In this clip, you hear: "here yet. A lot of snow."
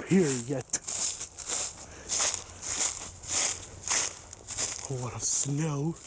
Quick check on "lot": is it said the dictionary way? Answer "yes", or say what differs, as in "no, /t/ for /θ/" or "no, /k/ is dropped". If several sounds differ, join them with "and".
no, /w/ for /l/